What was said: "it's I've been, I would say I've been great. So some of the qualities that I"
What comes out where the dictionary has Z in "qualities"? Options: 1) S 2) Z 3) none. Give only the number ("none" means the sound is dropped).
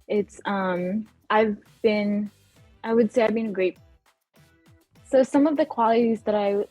2